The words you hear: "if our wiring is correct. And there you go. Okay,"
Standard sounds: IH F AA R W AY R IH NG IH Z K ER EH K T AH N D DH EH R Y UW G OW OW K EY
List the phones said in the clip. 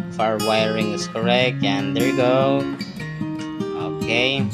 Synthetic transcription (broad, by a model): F AA R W AY R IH NG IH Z K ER EH K T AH N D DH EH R G OW OW K EY